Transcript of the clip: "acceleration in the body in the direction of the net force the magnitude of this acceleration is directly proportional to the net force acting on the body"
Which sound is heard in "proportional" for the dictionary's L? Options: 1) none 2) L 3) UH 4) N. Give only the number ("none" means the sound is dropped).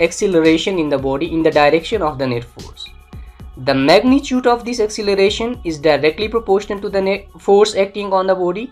4